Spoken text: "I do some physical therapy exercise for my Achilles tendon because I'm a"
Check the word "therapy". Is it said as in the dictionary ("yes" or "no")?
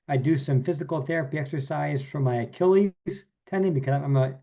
yes